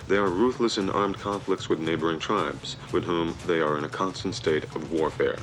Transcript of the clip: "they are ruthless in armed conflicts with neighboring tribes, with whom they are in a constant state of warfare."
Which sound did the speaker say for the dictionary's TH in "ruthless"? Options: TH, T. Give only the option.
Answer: TH